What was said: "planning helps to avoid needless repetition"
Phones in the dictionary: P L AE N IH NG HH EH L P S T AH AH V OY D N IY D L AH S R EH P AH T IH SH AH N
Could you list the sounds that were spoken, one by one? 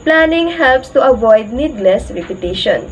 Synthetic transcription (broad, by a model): P L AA N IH NG HH EH L P S T AH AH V OY D N IY D L AH S R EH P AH T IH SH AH N